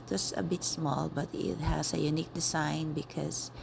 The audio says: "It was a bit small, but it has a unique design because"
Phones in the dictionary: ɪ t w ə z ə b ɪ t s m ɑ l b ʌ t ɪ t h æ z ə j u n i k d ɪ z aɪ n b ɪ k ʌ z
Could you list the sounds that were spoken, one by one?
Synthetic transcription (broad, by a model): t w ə s ə b ɪ t s m ɑ l b ʌ t ɪ t h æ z ə j u n i k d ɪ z aɪ n b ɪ k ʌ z